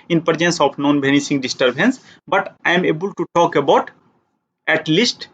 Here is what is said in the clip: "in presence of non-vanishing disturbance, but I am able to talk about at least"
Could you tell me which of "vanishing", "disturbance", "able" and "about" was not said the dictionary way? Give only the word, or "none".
vanishing